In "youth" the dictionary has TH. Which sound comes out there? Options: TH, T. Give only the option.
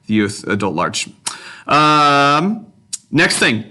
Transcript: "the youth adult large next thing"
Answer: TH